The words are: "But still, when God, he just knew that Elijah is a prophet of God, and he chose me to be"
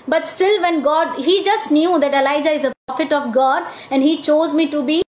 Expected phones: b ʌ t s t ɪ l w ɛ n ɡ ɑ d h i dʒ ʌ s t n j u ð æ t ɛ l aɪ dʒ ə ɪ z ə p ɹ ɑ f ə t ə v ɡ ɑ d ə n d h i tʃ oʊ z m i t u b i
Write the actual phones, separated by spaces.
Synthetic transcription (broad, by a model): b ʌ t s t ɪ l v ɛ n ɡ ɑ d h i dʒ ʌ s t n j u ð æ t ɛ l aɪ dʒ ə ɪ z ə p ɹ ɑ f ə t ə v ɡ ɑ d ə n d h i tʃ oʊ z m i t u b i